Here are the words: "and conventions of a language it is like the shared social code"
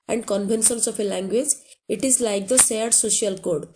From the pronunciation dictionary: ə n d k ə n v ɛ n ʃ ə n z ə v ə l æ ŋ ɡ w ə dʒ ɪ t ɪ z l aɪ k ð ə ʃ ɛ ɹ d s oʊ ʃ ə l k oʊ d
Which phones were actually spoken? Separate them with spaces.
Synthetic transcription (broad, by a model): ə n d k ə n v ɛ n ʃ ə n s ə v ə l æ ŋ ɡ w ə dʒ ɪ t ɪ z l aɪ k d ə s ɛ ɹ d s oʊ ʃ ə l k oʊ d